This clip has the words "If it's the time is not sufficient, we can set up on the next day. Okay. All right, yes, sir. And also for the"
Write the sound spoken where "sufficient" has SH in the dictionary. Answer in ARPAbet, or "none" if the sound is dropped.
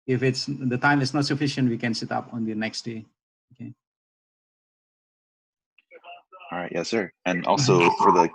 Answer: SH